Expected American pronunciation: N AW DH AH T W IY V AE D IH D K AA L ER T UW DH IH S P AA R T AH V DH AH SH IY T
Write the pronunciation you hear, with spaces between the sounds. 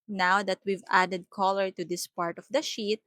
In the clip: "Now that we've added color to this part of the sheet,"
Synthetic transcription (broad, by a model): N AW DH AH T W IY V AE D IH D K AA L ER T UW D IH S P AA R T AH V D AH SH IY T